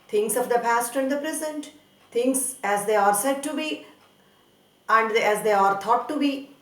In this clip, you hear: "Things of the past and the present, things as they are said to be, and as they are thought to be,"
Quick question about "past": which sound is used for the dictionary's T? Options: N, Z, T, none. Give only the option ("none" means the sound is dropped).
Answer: T